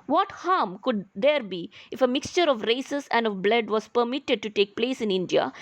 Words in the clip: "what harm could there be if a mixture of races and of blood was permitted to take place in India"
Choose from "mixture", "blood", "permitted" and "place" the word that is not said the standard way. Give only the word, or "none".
none